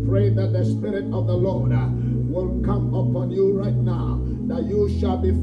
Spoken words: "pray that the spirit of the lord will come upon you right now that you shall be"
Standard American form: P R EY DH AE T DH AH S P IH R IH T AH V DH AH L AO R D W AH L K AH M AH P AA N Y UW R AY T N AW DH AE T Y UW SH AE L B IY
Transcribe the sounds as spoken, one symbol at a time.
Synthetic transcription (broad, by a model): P R EY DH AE T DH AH S P IH R IH T AH V DH AH L AO R D W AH N K AH M AH P AA N Y UW R AY T N AW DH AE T Y UW SH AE L B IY